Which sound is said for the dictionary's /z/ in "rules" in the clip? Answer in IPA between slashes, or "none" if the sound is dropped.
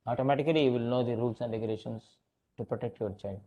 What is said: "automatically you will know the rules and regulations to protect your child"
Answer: /s/